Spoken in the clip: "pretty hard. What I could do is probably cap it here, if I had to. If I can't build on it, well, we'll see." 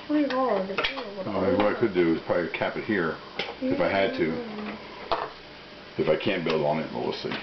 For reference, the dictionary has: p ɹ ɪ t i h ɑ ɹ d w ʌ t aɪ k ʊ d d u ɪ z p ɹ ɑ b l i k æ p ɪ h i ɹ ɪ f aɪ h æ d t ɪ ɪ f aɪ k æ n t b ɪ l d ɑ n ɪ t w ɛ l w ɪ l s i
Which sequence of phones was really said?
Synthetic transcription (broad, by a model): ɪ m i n w ʌ t aɪ k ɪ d d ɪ ɪ z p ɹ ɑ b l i k æ p ɪ h i ɹ ɪ f aɪ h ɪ d t ɪ ɪ f aɪ k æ n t b ɪ l d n ɪ t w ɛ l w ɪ s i